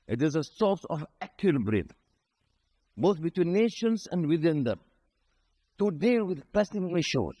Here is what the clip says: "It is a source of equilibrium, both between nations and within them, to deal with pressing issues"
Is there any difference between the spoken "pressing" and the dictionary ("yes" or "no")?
yes